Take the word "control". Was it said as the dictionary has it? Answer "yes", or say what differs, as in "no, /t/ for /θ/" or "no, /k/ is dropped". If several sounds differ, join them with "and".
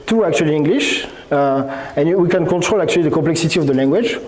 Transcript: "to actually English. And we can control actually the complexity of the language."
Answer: no, /n/ is dropped